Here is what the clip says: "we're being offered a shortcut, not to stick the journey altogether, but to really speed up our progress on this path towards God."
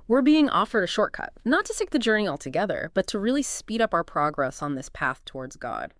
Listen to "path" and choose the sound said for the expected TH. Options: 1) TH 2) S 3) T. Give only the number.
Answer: 1